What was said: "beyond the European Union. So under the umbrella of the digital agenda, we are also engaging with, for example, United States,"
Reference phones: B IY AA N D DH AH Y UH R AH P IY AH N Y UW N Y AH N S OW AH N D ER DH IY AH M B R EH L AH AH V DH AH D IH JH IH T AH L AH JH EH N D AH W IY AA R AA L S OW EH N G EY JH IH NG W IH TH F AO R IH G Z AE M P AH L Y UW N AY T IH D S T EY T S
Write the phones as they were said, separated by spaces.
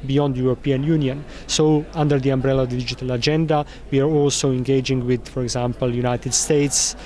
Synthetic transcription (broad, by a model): B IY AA N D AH Y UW R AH P IY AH N Y UW N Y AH N S OW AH N D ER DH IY AH M B R EH L AH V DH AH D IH JH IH T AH L AH JH EH N D AH W IY AA R AA L S OW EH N G EY JH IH NG W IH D F AO R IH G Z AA M P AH L Y UW N AY T IH D S T EY T S